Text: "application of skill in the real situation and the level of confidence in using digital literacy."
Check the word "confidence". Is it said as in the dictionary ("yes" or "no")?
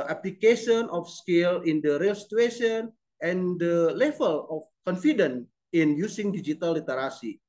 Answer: no